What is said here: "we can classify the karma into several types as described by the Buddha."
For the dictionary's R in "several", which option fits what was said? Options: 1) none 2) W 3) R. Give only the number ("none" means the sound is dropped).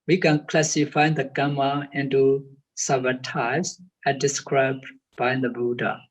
1